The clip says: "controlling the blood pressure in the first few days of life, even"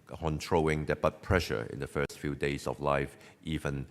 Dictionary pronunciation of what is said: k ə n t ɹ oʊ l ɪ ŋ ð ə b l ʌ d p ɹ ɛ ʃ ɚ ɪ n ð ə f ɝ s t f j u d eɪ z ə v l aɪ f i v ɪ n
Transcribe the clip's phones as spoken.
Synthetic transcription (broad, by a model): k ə n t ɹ oʊ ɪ ŋ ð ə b ʌ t p ɹ ɛ ʃ ɚ ɪ n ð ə f ɝ s t f j u d eɪ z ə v l aɪ f i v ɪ n